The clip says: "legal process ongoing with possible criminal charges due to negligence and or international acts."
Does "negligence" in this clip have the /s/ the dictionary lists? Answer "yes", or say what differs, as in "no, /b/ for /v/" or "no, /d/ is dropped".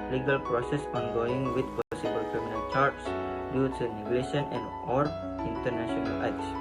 no, /s/ is dropped